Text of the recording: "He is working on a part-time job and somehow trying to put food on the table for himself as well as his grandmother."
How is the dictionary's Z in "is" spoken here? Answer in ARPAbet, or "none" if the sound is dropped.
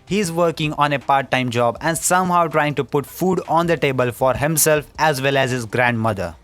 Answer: Z